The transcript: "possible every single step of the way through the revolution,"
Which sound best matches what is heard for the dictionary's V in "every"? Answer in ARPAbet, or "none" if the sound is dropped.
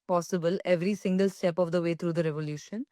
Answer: V